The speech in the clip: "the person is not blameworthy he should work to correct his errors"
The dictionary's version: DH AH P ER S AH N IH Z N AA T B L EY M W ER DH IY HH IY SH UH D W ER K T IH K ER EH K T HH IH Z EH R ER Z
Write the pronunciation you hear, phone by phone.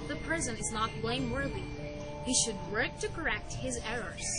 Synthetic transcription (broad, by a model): DH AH P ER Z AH N IH Z N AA T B L EY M W ER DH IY HH IY SH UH D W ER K T IH K ER EH K T HH IH Z EH R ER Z